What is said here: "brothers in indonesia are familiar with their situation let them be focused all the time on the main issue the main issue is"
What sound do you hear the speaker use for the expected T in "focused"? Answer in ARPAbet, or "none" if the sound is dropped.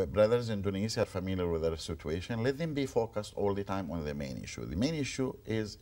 T